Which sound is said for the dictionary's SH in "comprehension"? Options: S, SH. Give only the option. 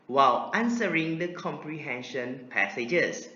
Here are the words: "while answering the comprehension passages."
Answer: SH